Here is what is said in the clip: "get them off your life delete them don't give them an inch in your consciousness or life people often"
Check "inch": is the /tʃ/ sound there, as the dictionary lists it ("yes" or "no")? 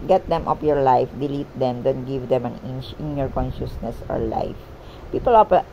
no